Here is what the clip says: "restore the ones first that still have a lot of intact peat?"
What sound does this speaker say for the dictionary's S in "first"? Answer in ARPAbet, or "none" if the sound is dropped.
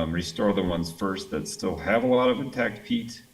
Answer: S